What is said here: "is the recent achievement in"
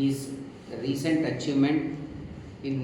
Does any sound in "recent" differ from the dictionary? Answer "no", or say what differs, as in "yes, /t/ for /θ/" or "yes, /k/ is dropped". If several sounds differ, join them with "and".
no